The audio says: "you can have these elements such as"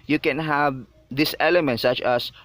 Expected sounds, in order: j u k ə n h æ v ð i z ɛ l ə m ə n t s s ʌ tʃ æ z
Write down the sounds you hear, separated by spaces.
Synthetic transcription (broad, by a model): j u k ə n h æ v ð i s ɛ l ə m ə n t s s ʌ tʃ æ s